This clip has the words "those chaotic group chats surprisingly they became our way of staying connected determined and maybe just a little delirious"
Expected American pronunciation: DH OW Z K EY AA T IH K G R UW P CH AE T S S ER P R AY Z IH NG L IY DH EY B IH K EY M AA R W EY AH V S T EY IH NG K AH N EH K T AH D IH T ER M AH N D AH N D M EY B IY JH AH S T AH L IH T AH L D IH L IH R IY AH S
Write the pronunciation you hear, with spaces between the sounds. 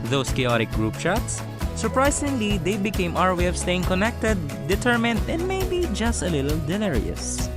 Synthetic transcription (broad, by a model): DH OW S K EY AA T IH K G R UW P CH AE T S S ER P R AY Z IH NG L IY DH EY B IH K EY M AA R W EY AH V S T EY IH NG K AH N EH K T AH D IH T ER M AH N D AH N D M EY B IY JH AH S T AH L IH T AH L D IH L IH R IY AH S